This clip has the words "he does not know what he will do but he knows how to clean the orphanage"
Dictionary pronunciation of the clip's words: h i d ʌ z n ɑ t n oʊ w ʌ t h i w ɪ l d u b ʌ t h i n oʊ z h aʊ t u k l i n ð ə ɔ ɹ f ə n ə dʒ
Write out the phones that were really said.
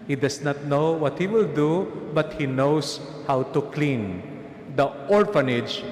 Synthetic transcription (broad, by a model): h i d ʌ s n ɑ t n oʊ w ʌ t h i w ɪ l d u b ʌ t h i n oʊ s h aʊ t u k l i n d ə ɔ ɹ f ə n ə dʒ